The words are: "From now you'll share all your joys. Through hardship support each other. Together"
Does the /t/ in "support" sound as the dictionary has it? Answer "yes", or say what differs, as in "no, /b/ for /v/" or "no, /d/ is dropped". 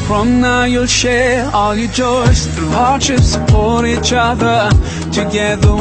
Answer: no, /t/ is dropped